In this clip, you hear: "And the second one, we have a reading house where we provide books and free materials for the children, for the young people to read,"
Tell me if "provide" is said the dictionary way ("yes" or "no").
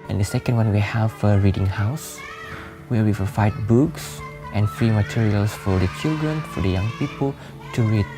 no